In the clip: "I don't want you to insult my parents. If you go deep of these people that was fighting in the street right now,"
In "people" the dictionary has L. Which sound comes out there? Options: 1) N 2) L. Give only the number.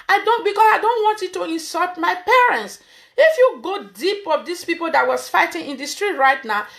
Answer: 2